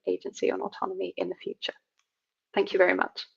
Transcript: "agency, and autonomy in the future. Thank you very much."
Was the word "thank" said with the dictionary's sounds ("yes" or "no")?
yes